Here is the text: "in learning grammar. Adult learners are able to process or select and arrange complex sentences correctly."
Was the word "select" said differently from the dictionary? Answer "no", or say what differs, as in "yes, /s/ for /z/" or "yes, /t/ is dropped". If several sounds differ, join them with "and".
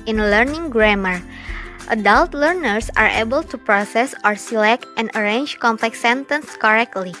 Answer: no